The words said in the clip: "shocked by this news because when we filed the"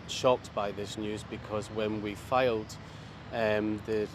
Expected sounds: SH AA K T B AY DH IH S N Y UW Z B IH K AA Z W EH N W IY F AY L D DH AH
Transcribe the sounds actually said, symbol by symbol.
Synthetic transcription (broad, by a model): SH AA K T B AY DH IH S N Y UW Z B IH K AA Z W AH N W IY F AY L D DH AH